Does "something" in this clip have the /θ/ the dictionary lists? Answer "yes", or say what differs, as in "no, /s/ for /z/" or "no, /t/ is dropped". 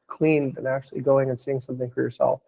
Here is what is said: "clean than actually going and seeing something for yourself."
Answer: yes